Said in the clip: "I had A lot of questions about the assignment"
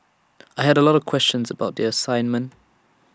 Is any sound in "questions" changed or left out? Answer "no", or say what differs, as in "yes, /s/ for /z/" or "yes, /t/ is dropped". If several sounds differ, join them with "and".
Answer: no